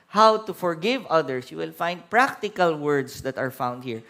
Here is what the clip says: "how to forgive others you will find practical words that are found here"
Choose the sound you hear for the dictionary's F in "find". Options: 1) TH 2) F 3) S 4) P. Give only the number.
2